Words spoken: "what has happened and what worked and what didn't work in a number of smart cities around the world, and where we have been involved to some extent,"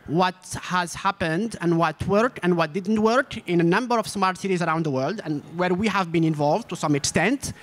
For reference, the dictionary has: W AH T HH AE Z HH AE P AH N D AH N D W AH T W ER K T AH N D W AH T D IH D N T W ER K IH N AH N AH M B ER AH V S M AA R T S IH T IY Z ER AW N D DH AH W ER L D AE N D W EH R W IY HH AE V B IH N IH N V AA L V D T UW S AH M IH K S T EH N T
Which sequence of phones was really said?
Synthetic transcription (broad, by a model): W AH T HH AE Z HH AE P AH N D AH N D W AH T W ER K AH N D W AH T D IH D N T W ER K IH N AH N AH M B ER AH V S M AA R T S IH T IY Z ER AW N D DH AH W ER L D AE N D W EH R W IY HH AE V B IH N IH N V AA L V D T UW S AH M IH K S T EH N T